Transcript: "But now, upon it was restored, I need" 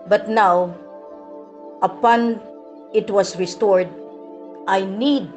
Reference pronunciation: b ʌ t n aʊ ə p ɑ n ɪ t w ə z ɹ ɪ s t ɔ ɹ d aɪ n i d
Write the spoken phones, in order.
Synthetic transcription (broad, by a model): b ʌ t n aʊ ə p ɑ n ɪ t w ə s ɹ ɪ s t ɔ ɹ d aɪ n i d